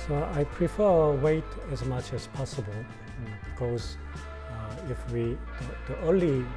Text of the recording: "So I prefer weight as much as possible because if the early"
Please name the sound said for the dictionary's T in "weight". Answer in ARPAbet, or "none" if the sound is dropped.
T